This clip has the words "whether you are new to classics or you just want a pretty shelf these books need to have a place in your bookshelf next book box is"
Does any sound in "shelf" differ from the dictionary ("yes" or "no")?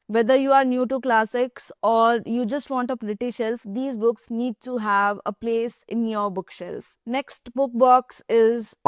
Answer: no